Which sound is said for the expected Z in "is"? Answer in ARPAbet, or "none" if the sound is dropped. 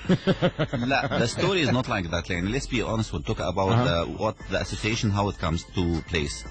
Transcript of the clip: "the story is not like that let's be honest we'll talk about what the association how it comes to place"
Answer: Z